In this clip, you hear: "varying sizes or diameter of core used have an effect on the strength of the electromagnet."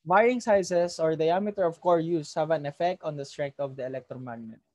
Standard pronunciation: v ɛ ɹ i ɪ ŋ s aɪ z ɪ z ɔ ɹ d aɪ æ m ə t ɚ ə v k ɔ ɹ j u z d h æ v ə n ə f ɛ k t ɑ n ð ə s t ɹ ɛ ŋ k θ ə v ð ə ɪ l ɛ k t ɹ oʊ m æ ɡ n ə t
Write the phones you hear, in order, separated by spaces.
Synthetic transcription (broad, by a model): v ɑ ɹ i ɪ ŋ s aɪ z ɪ s ɔ ɹ d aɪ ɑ m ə t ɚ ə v k ɔ ɹ j u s h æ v ə n ə f ɛ k t ɑ n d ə s t ɹ ɛ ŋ k t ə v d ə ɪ l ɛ k t ɹ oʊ m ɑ ɡ n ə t